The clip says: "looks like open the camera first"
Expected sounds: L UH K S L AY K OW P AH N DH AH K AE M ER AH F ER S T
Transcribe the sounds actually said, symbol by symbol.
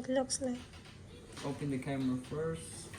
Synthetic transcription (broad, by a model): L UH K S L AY OW P AH N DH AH K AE M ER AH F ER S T